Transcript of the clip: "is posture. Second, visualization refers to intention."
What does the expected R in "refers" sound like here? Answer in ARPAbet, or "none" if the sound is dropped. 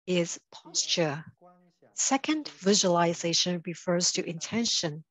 R